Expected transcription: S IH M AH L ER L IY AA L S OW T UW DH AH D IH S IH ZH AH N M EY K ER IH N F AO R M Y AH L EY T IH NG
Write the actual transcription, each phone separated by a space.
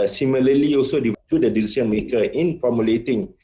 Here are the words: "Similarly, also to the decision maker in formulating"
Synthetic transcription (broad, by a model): S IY M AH L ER L IY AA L S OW T UW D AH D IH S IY S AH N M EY K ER IH N F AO M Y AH L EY T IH NG